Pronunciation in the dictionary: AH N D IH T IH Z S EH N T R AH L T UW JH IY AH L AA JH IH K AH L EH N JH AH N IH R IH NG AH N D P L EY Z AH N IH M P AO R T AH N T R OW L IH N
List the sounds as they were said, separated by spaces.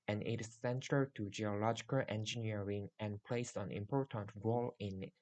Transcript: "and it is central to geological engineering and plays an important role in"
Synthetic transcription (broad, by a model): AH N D IH T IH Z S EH N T AH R T UW JH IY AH L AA JH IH K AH L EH N JH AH N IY R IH NG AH N P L EY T AH N IH M P AO R T AH N T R OW L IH N